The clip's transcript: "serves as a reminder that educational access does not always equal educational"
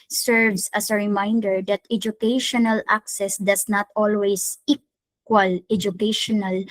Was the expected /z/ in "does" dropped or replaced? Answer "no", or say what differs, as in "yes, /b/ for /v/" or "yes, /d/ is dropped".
yes, /s/ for /z/